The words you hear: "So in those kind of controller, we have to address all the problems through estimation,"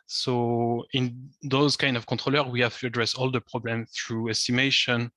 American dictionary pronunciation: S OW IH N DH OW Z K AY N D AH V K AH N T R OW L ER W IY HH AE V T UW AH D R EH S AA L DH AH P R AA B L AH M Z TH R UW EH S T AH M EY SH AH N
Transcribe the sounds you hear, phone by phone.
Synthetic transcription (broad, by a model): S OW IH N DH OW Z K AY N D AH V K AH T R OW L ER W IY HH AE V T UW AH D R EH S AA L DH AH P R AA B L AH M TH R UW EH S T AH M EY SH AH N